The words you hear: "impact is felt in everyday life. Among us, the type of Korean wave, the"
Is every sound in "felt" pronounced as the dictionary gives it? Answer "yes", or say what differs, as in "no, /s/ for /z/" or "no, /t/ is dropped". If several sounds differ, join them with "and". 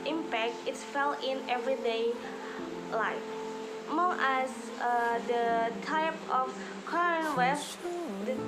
no, /t/ is dropped